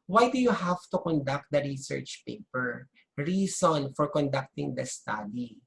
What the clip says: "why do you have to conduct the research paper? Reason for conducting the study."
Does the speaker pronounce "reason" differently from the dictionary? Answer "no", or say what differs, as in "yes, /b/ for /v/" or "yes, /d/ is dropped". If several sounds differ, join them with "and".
yes, /s/ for /z/